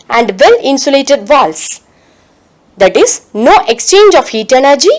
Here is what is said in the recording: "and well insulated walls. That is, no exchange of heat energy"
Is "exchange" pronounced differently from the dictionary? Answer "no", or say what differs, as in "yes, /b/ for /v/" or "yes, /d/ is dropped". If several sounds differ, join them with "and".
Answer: no